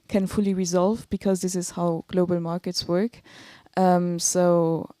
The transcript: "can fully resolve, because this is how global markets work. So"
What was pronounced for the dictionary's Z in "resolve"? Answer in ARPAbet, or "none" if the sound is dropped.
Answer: Z